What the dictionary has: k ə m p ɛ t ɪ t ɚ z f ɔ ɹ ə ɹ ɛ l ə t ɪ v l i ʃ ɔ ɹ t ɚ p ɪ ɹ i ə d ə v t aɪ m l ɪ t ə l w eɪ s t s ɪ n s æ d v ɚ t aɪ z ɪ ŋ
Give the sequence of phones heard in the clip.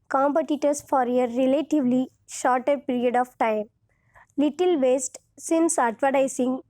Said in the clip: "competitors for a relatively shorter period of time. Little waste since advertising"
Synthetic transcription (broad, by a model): k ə m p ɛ t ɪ t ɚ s f ɔ ɹ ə ɹ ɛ l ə t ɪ v l i ʃ ɔ ɹ t ɚ p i ɹ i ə d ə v t aɪ m l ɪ t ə l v eɪ s t s ɪ n s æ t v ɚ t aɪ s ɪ ŋ